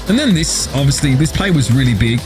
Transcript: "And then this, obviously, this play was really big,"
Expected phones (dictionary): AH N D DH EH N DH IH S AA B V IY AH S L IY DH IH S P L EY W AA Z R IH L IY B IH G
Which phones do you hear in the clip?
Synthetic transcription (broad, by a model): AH N DH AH N DH IH S AA B V IY AH S L IY DH IH S P L EY W AA Z R IH L IY B IH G